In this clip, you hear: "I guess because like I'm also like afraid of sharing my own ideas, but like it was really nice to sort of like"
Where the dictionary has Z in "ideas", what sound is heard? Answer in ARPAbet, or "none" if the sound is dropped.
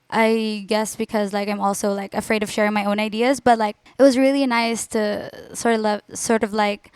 Z